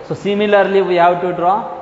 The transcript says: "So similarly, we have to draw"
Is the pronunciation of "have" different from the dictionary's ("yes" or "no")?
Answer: yes